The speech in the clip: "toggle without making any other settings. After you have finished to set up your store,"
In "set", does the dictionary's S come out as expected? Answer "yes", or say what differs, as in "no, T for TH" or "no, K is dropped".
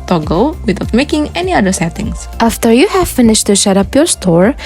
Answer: no, SH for S